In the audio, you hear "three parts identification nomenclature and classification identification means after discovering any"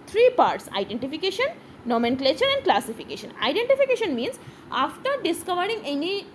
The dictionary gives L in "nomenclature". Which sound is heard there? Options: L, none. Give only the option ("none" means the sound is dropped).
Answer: L